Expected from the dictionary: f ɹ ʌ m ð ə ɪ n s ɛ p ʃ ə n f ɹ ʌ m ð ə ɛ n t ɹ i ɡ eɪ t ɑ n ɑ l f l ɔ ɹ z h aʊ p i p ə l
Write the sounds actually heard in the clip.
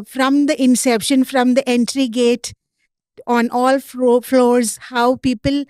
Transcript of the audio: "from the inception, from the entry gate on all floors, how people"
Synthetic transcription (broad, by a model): f ɹ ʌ m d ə ɪ n s ɛ p ʃ ə n f ɹ ʌ m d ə ɛ n t ɹ i ɡ eɪ t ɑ n ɑ l f l ɔ ɹ z h aʊ p i p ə l